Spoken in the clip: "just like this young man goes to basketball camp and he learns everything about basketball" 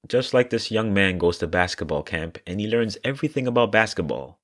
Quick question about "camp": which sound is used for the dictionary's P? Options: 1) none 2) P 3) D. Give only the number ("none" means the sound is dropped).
2